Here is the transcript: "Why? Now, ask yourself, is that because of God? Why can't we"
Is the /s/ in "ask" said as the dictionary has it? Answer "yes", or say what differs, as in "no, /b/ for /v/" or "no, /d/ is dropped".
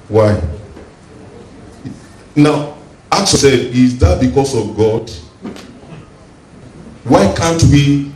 no, /s/ is dropped